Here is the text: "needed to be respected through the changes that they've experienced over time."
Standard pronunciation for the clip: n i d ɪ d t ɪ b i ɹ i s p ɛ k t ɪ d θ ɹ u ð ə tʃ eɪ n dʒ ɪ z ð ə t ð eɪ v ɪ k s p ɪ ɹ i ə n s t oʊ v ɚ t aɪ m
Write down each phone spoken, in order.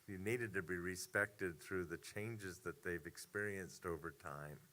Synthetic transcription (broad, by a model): n i d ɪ d t ɪ b i ɹ i s p ɛ k t ɪ d θ ɹ u ð ə tʃ eɪ n dʒ ɪ z ð ə t ð eɪ v ɪ k s p ɪ ɹ i ə n s t oʊ v ɚ t aɪ m